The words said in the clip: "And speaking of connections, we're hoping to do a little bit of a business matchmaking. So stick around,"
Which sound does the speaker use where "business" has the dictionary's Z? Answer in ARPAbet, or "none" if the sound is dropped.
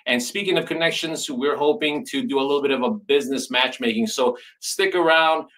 Z